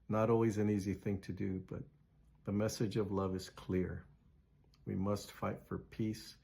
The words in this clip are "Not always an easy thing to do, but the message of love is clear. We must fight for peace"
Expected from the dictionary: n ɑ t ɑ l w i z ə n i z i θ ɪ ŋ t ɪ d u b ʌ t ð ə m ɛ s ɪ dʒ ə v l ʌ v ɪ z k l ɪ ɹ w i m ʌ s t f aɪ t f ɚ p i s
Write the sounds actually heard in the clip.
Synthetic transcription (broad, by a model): n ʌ t ɑ l w i z ə n i z i θ ɪ ŋ t ɪ d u b ʌ t ð ə m ɛ s ɪ dʒ ə v l ʌ v ɪ z k l ɪ ɹ w i m ʌ s t f aɪ t f ɚ p i s